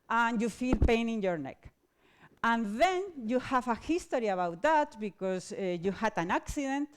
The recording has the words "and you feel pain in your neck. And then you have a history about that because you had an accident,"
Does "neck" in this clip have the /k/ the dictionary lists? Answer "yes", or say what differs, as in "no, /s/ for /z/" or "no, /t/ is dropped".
yes